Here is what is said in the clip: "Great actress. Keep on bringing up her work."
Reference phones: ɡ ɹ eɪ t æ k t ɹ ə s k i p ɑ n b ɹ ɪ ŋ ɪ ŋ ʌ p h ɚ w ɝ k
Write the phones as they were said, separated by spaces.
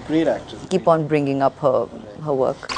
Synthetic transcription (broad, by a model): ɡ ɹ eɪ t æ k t ə k i p ɑ n b ɹ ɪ ŋ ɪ ŋ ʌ p h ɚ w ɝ k